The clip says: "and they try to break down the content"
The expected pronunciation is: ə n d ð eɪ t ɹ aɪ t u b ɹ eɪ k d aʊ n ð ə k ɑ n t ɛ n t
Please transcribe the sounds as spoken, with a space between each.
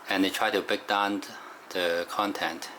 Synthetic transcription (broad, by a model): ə n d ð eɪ t ɹ aɪ t u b eɪ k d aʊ n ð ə k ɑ n t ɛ n t